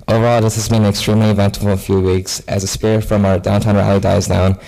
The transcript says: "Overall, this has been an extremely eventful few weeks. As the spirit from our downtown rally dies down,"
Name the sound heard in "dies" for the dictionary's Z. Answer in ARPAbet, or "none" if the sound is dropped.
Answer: Z